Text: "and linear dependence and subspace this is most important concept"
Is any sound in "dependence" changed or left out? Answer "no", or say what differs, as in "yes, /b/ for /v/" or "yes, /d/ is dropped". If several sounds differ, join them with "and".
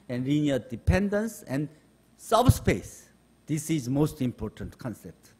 no